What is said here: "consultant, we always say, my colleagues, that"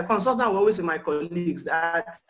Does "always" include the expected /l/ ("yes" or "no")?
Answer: no